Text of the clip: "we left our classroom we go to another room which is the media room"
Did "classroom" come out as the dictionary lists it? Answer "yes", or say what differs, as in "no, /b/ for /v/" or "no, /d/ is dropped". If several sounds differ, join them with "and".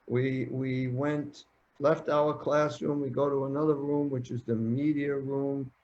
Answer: yes